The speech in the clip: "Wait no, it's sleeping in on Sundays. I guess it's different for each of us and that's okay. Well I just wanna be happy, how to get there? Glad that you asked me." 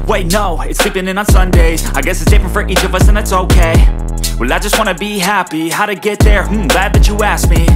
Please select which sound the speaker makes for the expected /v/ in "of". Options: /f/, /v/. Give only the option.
/v/